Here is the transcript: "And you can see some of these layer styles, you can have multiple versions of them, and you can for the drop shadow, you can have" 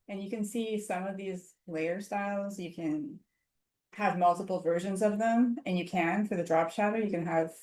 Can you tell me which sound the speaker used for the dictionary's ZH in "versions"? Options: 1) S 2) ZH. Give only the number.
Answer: 2